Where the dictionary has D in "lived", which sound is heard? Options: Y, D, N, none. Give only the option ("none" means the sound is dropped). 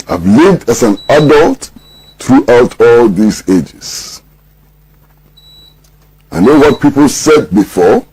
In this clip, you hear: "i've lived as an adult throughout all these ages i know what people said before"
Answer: D